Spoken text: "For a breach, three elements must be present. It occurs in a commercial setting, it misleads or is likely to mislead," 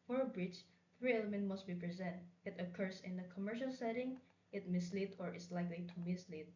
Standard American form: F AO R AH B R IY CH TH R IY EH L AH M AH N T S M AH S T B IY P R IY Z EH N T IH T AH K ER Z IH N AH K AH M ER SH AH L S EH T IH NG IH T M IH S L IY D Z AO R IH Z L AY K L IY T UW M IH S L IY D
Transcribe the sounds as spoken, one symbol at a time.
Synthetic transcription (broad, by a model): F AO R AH B R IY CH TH R IY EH L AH M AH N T M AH S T B IY P R IY Z EH N T IH T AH K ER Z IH N AH K AH M ER SH AH L S EH T IH NG IH T M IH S L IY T AO R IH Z L AY K L IY T UW M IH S L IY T